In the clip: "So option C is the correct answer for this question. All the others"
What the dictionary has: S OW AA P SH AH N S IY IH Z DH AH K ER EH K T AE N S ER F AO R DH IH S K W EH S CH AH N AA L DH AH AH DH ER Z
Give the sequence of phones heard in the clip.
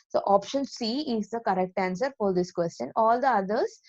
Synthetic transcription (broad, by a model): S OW AA P SH AH N S IY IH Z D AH K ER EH K T AE N S ER F AO R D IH S K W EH S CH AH N AA L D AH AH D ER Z